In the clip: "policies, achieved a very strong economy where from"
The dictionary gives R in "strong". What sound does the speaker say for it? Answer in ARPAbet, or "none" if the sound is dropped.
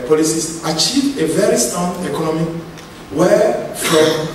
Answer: none